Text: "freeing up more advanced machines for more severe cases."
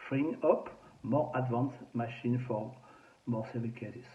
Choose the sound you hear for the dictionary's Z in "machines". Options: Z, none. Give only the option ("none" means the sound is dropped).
none